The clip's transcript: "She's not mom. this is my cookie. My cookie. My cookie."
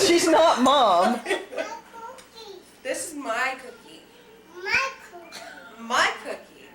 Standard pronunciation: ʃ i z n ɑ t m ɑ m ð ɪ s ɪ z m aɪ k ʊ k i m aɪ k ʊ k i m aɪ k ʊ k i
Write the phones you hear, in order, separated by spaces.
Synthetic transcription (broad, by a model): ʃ i z n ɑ t m ɑ m ð ɪ s ɪ z m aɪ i k ʊ k i m aɪ k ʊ k i